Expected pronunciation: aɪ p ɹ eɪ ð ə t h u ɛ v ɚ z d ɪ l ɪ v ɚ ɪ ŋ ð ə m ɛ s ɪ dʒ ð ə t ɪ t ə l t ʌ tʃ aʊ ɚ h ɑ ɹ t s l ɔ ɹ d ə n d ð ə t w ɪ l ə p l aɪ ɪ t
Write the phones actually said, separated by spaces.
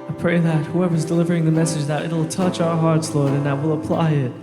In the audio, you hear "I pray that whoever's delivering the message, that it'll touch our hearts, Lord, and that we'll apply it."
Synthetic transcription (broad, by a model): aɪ p ɹ eɪ ð ə t h u ɛ v ɚ z d ɪ l ɪ v ɚ ɪ ŋ ð ə m ɛ s ɪ dʒ ð ə t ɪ t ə l t ʌ tʃ aʊ ɚ h ɑ ɹ t s l ɔ ɹ d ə n ð ə t w ɪ l ə p l aɪ ɪ t